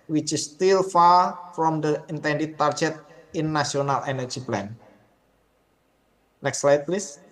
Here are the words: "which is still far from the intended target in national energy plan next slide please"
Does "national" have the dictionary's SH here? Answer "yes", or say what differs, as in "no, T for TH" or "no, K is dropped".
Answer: no, SH is dropped